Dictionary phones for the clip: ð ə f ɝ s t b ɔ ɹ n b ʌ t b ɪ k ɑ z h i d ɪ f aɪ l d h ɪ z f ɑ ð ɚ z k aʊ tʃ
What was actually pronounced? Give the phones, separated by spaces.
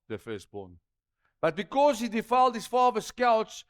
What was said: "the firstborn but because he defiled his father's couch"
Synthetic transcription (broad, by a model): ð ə f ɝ s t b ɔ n b ʌ t b ɪ k ɑ z h i d ɪ f aɪ l d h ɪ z f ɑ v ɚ s k aʊ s